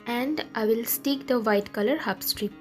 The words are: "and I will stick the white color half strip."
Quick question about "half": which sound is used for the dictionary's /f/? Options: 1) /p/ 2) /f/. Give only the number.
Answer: 1